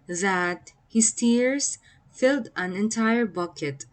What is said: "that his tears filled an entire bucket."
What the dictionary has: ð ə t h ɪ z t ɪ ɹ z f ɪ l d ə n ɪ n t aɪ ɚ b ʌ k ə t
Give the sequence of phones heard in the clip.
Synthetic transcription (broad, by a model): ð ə t h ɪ s t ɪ ɹ s f ɪ l d ə n ɪ n t aɪ ɚ b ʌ k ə t